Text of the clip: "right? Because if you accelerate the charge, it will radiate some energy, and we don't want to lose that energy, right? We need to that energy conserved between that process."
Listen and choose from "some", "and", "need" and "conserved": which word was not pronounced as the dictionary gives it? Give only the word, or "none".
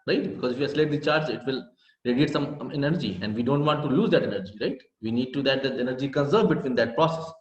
conserved